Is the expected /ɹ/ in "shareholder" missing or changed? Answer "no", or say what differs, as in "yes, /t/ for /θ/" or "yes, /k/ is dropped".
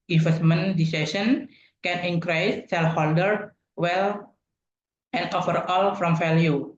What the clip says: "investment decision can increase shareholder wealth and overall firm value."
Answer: yes, /l/ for /ɹ/